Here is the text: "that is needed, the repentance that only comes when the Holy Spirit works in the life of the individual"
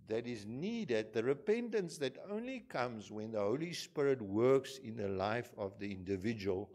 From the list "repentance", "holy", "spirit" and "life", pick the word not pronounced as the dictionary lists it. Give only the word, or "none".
none